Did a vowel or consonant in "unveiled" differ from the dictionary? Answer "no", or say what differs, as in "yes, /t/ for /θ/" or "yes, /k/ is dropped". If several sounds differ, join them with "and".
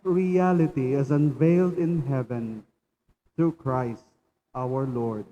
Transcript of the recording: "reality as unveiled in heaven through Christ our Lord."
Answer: no